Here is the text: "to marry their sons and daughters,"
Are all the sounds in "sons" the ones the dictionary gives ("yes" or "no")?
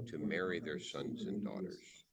yes